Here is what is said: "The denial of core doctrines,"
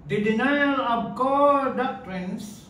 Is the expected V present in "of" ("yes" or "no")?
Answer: no